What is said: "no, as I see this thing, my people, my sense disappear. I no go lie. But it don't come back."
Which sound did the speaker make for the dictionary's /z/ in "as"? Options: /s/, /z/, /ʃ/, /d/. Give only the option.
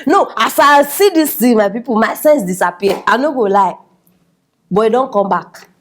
/s/